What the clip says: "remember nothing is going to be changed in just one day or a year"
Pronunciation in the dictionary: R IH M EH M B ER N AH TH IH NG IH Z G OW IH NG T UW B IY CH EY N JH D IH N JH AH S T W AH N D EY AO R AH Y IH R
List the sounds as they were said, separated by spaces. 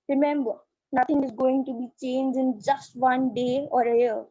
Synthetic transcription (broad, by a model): R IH M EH M B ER N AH T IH NG IH Z G OW IH NG T UW B IY CH EY N JH IH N JH AH S T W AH N D EY AO R AH Y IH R